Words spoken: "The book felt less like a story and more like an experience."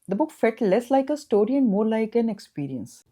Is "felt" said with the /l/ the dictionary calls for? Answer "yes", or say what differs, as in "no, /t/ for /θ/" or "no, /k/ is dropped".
no, /l/ is dropped